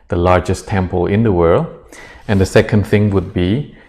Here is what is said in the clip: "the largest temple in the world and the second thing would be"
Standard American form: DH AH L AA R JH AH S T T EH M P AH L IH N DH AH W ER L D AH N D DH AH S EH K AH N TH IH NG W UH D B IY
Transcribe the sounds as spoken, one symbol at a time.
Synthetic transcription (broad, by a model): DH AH L AA R JH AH S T T EH M P AH L IH N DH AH W ER L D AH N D DH AH S EH K AH N TH IH NG W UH D B IY